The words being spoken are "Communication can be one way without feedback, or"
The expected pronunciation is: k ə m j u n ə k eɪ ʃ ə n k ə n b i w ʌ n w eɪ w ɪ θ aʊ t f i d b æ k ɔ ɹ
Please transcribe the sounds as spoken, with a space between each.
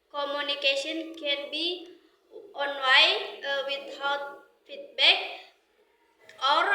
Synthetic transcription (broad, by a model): k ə m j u n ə k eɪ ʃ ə n k ə n b i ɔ n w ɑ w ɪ t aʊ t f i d b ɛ k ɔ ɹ